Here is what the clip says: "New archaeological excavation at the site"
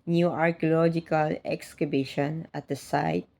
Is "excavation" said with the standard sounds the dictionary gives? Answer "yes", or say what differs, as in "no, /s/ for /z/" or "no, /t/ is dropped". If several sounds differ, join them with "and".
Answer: no, /b/ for /v/